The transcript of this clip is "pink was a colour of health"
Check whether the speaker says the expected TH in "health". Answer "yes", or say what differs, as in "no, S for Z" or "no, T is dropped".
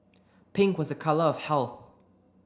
yes